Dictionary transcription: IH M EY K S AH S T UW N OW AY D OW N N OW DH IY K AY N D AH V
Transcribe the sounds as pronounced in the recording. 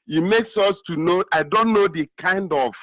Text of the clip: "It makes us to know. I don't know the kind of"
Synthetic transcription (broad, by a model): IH M EY K S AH S T UW N OW AY D OW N N OW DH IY K AY N D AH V